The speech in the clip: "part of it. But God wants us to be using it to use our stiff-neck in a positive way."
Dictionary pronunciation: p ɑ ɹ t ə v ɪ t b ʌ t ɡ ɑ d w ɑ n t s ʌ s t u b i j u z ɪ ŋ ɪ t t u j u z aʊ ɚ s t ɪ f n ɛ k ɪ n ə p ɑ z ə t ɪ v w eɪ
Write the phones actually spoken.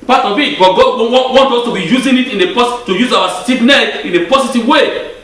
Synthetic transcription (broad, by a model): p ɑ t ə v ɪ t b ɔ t ɡ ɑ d w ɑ n t ɔ s t u b i j u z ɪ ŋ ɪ t t u j u z aʊ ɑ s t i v n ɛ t ɪ n ə p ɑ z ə t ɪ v w eɪ